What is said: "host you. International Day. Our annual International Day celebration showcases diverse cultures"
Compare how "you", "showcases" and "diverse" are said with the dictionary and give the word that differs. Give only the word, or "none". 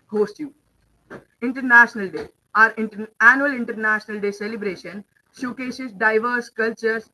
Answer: showcases